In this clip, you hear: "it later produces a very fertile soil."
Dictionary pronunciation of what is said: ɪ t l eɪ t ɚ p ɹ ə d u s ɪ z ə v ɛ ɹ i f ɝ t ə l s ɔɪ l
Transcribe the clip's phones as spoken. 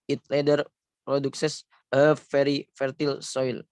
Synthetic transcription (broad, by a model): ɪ t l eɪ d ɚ p ɹ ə d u s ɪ s ə f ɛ ɹ i f ɝ t ə l s ɔɪ l